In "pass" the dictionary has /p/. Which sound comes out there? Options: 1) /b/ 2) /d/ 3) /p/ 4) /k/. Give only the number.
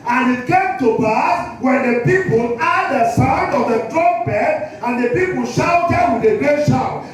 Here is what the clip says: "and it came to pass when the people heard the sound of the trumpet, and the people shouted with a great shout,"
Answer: 1